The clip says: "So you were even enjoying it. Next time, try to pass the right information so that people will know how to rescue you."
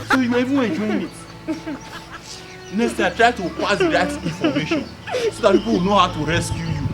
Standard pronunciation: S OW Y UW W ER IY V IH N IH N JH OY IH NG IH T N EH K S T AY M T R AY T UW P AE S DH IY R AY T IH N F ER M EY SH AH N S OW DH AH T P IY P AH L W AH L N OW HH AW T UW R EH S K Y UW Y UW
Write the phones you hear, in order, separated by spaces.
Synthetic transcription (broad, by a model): S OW Y UW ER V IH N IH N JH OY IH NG IH T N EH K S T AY T R AY T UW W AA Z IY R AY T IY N F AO M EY SH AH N S OW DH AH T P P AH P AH W N OW HH AW T UW R EH S K Y UW Y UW